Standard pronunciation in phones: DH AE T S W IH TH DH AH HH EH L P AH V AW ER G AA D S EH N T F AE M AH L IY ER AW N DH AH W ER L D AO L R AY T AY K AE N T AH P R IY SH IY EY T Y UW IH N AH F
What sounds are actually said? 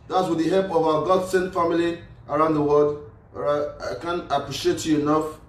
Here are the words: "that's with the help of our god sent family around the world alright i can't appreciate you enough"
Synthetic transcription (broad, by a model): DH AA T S W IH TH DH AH HH EH L P AH V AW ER G AA D S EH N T F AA M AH L IY ER AW N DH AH W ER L D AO R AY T AY K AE N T AH P R IY SH IY EY T Y UW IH N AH F